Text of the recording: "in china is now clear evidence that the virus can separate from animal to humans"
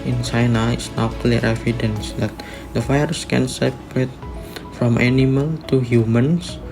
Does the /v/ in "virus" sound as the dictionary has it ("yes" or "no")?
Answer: no